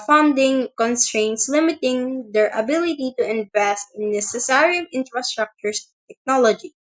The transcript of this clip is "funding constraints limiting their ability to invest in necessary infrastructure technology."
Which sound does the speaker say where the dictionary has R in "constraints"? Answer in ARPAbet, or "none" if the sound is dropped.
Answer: R